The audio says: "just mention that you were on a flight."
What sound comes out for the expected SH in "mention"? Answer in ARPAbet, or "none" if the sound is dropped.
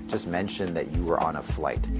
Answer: SH